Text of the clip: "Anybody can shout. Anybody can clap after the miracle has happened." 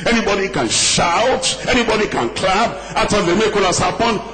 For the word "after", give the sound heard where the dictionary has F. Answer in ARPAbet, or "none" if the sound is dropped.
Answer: none